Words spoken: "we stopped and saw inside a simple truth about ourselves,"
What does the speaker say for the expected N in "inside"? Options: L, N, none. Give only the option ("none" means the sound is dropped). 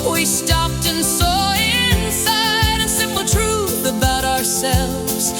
N